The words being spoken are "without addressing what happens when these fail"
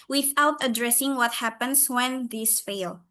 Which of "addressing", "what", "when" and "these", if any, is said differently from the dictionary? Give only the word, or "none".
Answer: these